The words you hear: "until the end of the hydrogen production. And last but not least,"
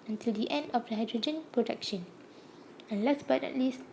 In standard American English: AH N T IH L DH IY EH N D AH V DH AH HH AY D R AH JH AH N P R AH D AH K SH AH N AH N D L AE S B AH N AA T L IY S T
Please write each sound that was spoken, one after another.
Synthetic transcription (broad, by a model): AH N T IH L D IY EH N D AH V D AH HH AY D R AH JH AH N P R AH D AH K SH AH N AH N L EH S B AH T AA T L IY S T